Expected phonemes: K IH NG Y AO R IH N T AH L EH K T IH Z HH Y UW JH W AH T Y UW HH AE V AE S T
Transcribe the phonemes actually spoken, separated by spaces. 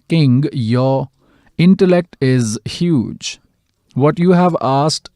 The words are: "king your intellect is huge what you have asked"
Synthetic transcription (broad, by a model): K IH NG Y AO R IH N T AH L EH K T IH Z HH Y UW JH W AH T Y UW HH AE V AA S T